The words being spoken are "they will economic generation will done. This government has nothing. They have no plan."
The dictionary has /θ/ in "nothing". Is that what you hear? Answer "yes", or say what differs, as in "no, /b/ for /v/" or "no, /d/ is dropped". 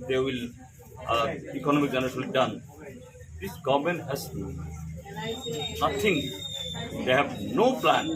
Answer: no, /t/ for /θ/